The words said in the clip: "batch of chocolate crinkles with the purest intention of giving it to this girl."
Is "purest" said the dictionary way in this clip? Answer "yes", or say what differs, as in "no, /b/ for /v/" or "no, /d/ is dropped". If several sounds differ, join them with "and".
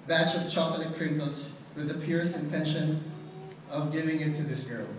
no, /t/ is dropped